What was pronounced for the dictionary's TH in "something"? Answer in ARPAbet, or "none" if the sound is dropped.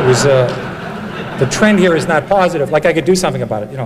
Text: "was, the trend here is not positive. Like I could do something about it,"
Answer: TH